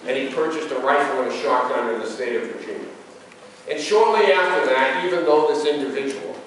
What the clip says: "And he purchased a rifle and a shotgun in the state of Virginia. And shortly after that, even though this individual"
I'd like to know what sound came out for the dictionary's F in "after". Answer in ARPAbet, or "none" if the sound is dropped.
F